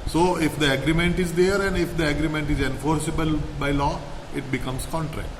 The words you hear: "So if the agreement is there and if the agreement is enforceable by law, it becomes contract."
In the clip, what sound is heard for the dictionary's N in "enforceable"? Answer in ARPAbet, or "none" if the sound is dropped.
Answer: N